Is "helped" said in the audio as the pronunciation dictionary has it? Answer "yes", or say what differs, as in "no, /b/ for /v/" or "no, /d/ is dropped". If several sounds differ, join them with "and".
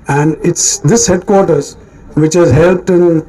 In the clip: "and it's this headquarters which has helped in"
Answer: yes